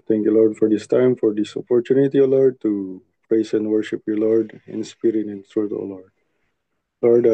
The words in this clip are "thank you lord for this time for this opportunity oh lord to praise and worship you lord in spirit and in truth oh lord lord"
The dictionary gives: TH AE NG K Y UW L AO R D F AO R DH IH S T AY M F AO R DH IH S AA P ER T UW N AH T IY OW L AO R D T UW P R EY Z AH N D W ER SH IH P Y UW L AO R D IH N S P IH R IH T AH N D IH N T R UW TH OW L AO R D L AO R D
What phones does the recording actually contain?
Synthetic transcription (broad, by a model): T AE NG K Y UW L AO R D F AO R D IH S T AY M F AO R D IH S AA P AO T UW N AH T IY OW L AO R D T UW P R EY S AH N D W ER SH IH P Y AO L AO R D IH N S P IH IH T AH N IH N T R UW T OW L AO R D L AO R D